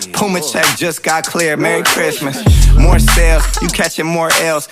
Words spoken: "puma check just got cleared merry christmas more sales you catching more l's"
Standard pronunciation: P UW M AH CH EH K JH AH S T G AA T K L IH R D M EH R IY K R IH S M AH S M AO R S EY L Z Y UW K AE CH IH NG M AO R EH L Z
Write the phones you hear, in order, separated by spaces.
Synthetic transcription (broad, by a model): P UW M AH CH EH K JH AH S G AA T K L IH R M EH R IY K R IH S M AH S M AO R S EY L Z Y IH K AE CH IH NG M AO R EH L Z